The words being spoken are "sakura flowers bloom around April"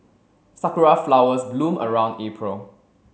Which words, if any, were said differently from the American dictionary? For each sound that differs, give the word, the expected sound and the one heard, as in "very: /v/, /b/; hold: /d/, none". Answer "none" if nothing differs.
flowers: /z/, /s/